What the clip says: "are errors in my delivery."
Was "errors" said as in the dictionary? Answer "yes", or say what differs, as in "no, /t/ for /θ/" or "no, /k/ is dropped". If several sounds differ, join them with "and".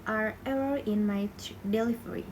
no, /z/ is dropped